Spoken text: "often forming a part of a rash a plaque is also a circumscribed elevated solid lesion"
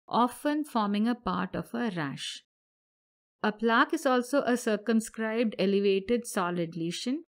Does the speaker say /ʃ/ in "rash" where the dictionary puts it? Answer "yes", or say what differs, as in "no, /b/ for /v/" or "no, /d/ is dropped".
yes